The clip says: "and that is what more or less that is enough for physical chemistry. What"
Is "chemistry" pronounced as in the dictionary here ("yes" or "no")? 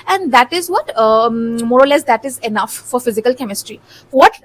yes